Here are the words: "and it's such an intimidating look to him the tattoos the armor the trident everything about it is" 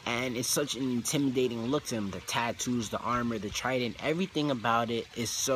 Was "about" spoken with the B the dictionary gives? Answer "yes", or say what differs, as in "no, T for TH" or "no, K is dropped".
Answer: yes